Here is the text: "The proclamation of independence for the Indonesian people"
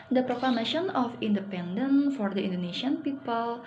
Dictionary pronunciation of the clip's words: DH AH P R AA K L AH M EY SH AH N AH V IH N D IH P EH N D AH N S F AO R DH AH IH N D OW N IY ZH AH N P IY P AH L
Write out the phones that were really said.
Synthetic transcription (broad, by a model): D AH P R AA K L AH M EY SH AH N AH F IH N D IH P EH N D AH N F AO R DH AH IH N D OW N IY SH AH N P IY P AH L